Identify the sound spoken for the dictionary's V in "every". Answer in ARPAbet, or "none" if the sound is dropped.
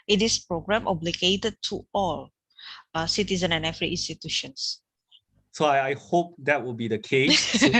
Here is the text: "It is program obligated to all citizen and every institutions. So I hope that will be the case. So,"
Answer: F